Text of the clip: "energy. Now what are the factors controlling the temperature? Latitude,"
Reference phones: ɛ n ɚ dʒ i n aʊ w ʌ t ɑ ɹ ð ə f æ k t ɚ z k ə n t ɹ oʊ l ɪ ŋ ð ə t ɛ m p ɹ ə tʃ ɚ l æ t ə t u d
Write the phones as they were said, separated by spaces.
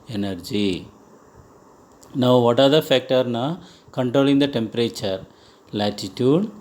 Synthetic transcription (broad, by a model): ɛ n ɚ dʒ i n aʊ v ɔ t ɑ ɹ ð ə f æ k t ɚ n k ə n t ɹ oʊ l ɪ ŋ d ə t ɛ m p ɹ ə tʃ ɚ l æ t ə t u d